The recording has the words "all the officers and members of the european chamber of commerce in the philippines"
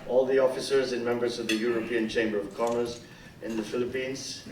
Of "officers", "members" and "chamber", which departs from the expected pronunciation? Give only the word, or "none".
none